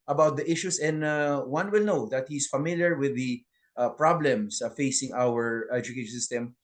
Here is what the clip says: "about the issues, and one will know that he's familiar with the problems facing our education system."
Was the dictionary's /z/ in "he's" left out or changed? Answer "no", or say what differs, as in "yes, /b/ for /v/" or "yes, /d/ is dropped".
yes, /s/ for /z/